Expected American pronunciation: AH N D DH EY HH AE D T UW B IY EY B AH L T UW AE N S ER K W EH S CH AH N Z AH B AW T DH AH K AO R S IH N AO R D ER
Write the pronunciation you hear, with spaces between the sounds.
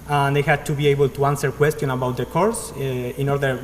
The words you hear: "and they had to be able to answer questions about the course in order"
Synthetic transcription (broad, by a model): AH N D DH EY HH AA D T UW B IY EY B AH L T UW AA N S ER K W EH S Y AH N AH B AW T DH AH K AO R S IH N AO R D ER